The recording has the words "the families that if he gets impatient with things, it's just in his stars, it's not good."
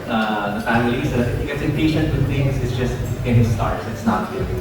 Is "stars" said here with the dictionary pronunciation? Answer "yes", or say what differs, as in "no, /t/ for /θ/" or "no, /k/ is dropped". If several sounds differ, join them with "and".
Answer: no, /s/ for /z/